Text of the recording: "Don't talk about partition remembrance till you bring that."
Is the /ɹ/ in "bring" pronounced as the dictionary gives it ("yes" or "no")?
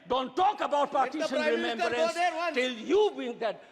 no